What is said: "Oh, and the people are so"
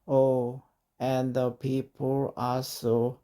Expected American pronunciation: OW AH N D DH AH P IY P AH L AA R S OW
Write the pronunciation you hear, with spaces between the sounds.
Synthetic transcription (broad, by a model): OW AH N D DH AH P IY P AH L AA L S OW